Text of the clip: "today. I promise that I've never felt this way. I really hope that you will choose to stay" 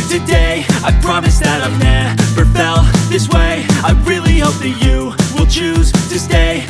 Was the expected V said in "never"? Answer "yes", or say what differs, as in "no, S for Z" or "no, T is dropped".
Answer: no, P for V